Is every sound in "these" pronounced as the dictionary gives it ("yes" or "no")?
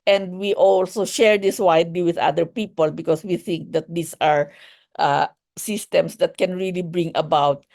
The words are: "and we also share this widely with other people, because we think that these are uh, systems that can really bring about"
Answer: no